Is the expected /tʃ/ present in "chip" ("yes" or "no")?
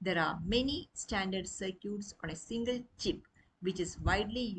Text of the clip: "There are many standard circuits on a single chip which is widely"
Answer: yes